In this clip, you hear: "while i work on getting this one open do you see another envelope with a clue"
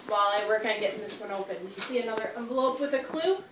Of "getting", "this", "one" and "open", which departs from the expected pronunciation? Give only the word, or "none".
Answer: none